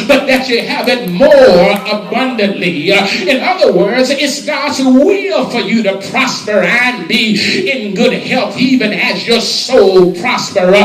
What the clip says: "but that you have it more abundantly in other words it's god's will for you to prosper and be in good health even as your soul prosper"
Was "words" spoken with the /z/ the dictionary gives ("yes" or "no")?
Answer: yes